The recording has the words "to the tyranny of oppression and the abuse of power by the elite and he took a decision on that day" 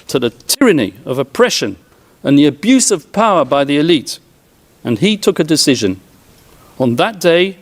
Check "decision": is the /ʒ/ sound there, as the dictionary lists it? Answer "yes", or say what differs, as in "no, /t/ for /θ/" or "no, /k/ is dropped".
yes